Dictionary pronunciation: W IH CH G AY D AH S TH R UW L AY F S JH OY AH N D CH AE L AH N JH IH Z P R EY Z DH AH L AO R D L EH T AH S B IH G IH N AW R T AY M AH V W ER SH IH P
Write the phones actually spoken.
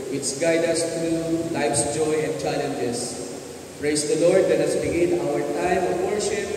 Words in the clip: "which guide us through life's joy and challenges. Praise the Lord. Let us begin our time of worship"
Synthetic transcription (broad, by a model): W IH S G AY D AH S T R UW L AY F S JH OY AH N D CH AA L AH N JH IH S P R EY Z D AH L AO R D L EH T AH S B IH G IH N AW R T AY M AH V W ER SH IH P